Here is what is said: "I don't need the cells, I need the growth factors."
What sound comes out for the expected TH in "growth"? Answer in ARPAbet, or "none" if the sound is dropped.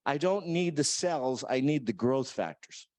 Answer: TH